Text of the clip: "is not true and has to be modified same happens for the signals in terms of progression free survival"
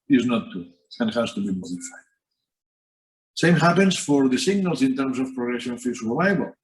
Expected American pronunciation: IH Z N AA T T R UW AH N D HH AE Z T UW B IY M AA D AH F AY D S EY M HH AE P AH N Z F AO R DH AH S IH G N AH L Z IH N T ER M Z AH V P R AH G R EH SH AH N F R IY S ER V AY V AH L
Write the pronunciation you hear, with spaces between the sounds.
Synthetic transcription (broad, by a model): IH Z N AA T T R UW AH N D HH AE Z T UW B IY M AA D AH F AY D S EY M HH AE P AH N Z F AO R DH AH S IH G N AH L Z IH N T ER M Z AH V P R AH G R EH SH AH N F IY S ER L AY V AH L